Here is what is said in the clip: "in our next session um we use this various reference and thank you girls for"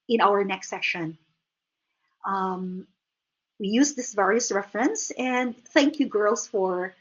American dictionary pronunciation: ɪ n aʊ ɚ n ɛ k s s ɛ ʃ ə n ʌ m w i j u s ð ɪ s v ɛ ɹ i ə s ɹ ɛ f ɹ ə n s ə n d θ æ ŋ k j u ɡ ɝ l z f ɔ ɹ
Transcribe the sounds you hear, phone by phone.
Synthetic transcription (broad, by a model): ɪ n aʊ ɚ n ɛ k s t ɛ ʃ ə n ʌ m w i j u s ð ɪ s v ɛ ɹ i ə s ɹ ɛ f ɹ ə n s ə n d θ æ ŋ k j u ɡ ɝ l s f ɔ ɹ